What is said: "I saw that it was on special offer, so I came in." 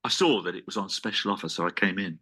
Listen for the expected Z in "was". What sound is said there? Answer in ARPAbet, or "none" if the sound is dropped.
Z